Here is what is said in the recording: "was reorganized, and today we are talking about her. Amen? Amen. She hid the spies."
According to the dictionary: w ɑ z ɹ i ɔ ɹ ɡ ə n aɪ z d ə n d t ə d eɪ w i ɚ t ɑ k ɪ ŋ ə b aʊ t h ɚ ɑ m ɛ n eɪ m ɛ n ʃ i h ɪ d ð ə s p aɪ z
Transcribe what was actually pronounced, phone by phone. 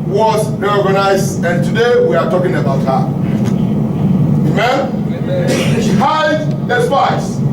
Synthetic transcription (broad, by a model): w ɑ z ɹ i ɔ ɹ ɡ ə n aɪ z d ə n t ə d eɪ w i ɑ t ɑ k ɪ ŋ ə aʊ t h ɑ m eɪ m ɛ n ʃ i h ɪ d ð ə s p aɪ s